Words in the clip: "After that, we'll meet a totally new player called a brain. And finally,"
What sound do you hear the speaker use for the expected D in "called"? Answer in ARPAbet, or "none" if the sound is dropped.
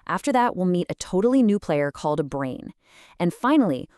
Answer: D